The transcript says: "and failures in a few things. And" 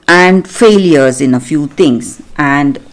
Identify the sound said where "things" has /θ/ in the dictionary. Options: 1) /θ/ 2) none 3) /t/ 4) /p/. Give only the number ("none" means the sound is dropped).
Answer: 3